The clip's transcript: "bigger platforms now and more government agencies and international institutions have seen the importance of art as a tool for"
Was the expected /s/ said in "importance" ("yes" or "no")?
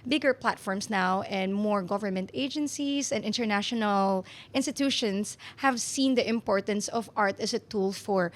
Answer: yes